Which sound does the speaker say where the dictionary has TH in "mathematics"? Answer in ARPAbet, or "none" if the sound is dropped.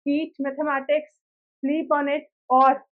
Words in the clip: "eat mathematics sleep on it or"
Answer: T